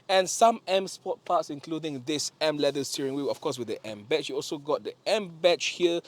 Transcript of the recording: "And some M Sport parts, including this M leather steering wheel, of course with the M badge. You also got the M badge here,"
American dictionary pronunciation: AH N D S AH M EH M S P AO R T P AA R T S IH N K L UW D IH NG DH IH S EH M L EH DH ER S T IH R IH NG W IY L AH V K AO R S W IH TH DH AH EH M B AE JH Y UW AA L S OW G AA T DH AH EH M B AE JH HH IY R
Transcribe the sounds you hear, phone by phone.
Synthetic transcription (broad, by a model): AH N S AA M EH M S P AO T P AA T S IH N K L UW D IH NG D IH S EH M L EH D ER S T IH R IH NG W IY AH F K AO S W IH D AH EH M B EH CH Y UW AA L S OW G AA T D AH EH M B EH CH HH IY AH